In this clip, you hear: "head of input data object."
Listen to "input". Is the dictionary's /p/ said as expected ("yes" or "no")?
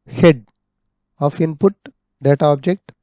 yes